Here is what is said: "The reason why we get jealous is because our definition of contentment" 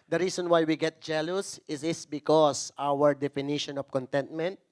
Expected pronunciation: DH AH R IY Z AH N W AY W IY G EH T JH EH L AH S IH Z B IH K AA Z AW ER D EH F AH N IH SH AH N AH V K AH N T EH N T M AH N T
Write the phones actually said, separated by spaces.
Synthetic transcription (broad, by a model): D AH R IY S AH N W AY W IY G EH T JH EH L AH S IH S B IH K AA S AW ER D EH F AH N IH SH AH N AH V K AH N T EH N T M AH N T